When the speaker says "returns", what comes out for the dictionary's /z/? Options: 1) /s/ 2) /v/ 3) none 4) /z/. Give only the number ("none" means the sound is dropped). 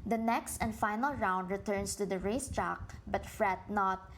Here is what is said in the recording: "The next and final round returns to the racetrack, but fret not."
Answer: 1